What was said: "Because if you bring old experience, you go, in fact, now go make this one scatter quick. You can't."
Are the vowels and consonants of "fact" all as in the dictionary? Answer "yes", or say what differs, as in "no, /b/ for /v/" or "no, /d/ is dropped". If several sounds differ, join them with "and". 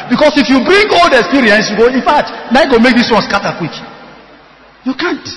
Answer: no, /k/ is dropped